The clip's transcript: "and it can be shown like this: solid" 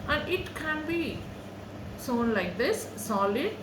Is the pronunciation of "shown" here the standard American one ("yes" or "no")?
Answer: no